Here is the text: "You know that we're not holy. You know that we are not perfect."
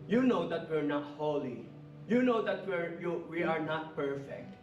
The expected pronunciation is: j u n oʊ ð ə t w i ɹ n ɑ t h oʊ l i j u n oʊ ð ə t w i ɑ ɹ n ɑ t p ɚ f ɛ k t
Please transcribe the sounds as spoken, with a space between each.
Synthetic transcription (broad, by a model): j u n oʊ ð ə t w i ɹ n ɑ t h oʊ l i j u n oʊ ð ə t w i ɑ ɹ n ɑ t p ɚ f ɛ k t